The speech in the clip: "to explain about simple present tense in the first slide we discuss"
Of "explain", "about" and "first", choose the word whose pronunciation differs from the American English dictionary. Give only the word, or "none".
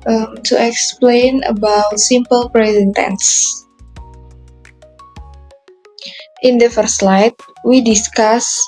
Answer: first